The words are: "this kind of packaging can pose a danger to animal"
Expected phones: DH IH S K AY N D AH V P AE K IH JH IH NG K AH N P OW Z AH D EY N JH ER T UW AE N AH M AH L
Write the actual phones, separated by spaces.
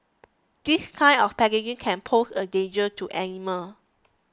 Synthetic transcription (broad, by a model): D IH S K AY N AH F P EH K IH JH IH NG K AH N P OW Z AH D EY N JH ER T UW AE N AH M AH L